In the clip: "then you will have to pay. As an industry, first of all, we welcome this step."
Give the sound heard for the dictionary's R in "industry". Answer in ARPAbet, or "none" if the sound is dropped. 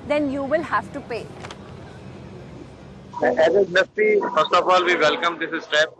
none